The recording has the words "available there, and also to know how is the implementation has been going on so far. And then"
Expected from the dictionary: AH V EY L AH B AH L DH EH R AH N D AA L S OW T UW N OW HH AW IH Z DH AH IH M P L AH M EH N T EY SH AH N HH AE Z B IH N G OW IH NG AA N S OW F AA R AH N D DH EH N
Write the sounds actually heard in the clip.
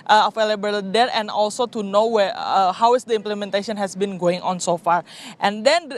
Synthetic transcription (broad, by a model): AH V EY L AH B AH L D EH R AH N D AA L S OW T UW N OW HH AW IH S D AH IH M P L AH M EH N T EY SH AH N HH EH S B IH N G OW IH NG AA N S OW F AA R AH N D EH N